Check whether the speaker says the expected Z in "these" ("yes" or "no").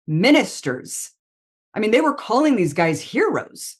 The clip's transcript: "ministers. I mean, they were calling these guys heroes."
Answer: yes